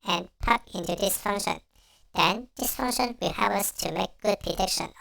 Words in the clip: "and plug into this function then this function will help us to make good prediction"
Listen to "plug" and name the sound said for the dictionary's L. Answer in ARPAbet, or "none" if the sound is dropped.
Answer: none